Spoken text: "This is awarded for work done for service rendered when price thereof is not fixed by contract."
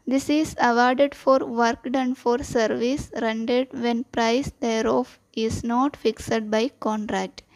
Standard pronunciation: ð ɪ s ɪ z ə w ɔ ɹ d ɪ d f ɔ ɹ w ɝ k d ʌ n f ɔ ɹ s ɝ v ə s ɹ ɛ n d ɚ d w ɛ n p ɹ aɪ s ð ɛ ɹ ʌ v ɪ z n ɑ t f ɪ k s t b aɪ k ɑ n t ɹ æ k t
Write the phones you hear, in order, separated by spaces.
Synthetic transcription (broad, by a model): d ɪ s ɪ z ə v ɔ ɹ d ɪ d f ɔ ɹ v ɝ k d ʌ n f ɔ ɹ s ɝ v ə s ɹ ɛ n d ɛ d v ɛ n p ɹ aɪ s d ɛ ɹ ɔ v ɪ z n ɑ t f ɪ k s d b aɪ k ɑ n t ɹ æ k t